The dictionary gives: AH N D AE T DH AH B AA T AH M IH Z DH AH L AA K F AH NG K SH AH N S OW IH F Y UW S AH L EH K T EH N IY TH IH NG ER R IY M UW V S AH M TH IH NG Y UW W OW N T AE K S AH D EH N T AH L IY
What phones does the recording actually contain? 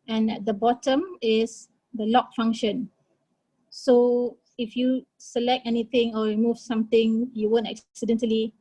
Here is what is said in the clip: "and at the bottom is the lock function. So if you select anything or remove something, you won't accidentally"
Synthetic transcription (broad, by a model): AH N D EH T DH AH B AA T AH M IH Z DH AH L AA K F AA NG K SH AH N S OW IH F Y UW S AH L EH K T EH N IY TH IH NG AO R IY M UW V S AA M T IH NG Y UW W OW N T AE K S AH D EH N T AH L IY